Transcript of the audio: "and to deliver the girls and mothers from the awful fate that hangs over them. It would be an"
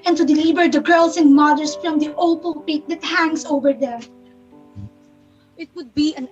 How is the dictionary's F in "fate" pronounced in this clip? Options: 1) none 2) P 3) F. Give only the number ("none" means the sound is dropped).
2